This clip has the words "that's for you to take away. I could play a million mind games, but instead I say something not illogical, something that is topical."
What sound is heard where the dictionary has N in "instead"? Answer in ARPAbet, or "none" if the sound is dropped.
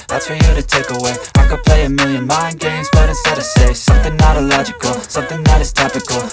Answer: none